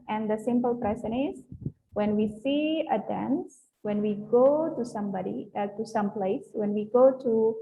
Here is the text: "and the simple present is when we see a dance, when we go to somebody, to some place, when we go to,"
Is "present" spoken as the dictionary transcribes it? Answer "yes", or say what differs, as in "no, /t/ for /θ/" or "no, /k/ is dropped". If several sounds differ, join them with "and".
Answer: no, /t/ is dropped